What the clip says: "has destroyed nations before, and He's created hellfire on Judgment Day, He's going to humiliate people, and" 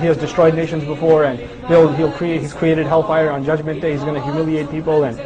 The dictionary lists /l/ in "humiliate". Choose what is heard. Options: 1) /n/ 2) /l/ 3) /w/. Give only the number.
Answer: 2